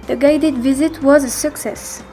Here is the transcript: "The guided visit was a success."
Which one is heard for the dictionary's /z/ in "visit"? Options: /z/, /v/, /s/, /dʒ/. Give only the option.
/z/